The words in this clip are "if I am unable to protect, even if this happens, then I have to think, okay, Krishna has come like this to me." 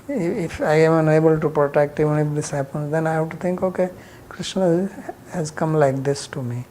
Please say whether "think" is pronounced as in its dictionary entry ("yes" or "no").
no